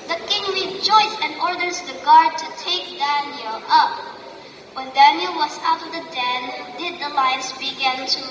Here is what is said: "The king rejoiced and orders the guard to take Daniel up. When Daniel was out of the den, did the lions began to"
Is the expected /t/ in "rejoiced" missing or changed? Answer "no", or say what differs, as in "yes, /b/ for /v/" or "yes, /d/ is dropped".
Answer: yes, /t/ is dropped